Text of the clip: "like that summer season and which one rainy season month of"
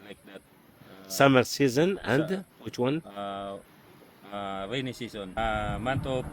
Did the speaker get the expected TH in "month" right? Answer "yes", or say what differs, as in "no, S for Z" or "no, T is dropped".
no, T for TH